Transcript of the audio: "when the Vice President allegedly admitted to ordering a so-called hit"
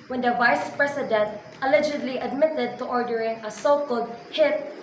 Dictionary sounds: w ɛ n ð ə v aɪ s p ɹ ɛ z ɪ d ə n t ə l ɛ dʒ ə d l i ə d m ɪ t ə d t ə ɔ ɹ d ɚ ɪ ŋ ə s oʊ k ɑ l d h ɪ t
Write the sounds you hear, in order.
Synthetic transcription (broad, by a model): w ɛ n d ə v aɪ s p ɹ ɛ s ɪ d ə n t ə l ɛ dʒ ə d l i ə d m ɪ t ə d t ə ɔ ɹ d ɚ ɪ ŋ ə s oʊ k ɑ l d h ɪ t